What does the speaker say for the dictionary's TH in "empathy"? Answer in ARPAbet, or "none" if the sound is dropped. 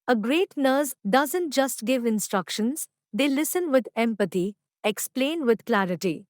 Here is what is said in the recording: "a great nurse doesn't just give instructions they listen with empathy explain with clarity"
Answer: T